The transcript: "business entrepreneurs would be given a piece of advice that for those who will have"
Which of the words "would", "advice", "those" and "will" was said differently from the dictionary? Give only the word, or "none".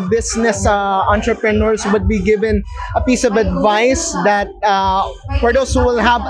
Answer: those